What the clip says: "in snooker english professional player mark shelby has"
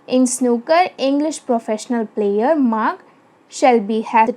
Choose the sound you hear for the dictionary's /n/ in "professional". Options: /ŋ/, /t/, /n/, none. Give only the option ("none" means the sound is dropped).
/n/